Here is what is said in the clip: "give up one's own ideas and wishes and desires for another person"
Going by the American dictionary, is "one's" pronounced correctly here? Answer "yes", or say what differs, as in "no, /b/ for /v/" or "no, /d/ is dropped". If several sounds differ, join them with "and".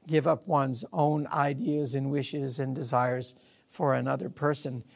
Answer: yes